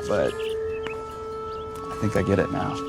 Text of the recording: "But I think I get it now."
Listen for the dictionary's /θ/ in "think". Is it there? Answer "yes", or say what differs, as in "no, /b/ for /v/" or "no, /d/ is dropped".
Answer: yes